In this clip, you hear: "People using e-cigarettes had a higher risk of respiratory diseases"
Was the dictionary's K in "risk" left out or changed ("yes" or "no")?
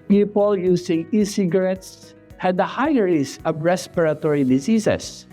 yes